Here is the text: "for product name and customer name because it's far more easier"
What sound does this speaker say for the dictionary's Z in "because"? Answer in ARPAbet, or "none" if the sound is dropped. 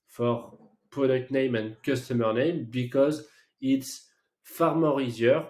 Z